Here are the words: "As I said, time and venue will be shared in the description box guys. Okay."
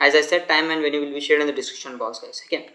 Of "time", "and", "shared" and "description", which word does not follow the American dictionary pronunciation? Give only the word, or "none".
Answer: description